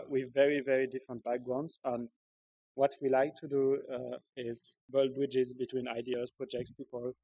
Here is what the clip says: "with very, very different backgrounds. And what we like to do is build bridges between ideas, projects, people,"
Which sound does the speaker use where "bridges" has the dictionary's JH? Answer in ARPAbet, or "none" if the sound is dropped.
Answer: JH